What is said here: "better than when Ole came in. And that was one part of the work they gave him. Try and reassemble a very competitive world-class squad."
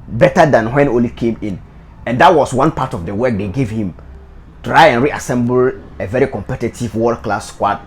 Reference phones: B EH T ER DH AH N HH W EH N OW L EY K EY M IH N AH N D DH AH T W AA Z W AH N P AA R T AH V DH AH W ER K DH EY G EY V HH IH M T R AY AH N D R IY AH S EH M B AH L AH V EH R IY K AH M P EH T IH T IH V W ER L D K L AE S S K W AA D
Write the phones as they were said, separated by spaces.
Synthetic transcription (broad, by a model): B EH T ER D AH N HH W EH N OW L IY K EY M IH N AH N D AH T W AA S W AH N P AA T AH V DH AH W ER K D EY G EY V HH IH M T R AY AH N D R IY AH S EH M B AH L AH V EH R IY K AH M P EH T IH T IH V W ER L K L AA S S K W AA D